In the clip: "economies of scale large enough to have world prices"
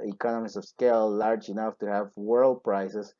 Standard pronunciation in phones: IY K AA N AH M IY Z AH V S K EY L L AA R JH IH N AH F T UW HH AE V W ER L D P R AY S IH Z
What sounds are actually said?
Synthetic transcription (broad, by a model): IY K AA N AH M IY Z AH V S K EY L L AA R JH IH N AH F T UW HH AE V W ER L D P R AY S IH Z